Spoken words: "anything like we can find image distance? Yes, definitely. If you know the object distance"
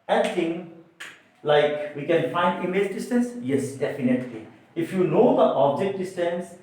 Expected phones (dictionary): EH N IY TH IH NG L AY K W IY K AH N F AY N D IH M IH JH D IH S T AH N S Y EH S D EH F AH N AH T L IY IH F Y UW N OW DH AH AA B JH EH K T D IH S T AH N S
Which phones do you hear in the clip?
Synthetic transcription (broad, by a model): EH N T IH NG L AY K W IY K AH N F AY N D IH M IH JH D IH S T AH N S Y EH S D EH F AH N AH T L IY IH F Y UW N OW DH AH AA B JH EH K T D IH S T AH N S